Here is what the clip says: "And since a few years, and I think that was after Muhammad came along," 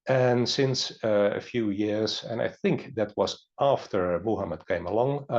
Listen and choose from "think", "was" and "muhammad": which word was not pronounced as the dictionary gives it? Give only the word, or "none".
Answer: none